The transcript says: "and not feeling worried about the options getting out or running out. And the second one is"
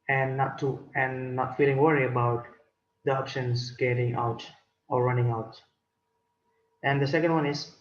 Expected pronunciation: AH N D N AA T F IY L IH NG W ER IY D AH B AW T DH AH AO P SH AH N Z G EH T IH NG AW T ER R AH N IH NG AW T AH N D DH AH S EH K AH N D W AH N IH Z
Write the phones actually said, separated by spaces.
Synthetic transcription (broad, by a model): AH N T N AA T F IY L IH NG W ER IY AH B AW T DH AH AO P SH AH N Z G EH T IH NG AW T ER R AH N IH NG AW T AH N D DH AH S EH K AH N D W AH N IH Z